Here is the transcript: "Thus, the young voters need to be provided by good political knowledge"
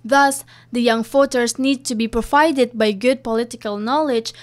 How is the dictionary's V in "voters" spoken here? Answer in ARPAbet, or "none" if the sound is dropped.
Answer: F